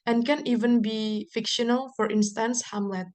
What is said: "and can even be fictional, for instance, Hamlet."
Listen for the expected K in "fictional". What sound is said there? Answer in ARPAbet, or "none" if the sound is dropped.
K